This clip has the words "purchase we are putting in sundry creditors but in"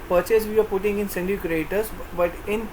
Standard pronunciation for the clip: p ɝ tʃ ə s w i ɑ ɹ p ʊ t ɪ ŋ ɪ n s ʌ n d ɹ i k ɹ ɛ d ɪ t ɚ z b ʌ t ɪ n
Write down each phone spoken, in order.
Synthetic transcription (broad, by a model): p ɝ tʃ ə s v i ɑ ɹ p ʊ t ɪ ŋ ɪ n s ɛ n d i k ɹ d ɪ t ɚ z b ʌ t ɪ n